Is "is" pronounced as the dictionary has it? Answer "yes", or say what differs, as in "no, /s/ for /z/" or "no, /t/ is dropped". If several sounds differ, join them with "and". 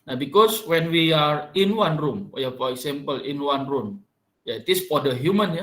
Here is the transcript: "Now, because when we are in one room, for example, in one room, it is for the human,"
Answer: no, /s/ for /z/